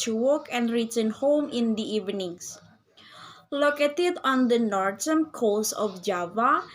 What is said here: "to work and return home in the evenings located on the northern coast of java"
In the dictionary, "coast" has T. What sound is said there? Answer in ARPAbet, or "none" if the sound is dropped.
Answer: none